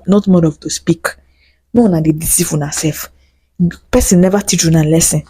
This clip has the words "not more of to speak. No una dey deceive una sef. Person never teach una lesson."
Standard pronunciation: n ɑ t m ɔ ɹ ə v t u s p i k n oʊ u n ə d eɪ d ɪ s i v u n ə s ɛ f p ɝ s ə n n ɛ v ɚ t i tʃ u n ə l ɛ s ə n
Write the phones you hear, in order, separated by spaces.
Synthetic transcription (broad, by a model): n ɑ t m ɔ ɹ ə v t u s p i k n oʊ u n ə d eɪ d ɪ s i f u n ə s ɛ f p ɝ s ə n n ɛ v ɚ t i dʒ u n ə l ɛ s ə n